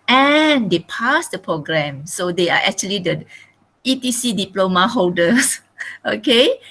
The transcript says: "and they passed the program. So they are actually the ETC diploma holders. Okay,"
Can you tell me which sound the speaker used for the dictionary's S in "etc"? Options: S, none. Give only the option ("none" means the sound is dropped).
none